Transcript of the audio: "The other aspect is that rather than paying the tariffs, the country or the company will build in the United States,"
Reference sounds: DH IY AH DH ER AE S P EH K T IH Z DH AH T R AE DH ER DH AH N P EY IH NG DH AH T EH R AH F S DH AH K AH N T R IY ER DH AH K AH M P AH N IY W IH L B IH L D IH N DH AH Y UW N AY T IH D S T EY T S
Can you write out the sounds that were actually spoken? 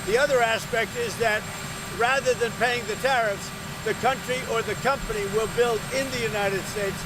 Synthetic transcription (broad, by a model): DH IY AH DH ER AE S P EH K T IH Z DH AH T R AE DH ER DH AH N P EY IH NG DH AH T EH R AH F S DH AH K AH N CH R IY ER DH AH K AH M P AH N IY W IH L B IH L D IH N DH AH Y UW N AY T IH D S T EY T S